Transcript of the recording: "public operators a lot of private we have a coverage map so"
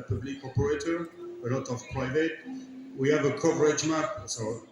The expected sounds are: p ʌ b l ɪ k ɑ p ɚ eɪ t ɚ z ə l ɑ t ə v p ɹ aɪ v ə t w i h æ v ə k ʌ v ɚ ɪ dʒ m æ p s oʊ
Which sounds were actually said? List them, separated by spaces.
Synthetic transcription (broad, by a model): p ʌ b l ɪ k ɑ p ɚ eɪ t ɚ ə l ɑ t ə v p ɹ aɪ v ə t w i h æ v ə k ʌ v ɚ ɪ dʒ m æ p s oʊ